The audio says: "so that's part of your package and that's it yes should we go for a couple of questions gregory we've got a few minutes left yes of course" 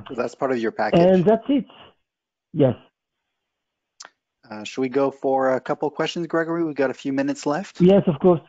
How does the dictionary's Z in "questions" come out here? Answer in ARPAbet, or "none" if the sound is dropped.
Z